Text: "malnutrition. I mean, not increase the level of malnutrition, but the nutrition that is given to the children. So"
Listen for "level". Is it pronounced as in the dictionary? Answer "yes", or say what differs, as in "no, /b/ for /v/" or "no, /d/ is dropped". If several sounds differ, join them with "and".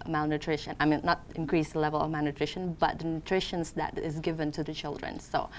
yes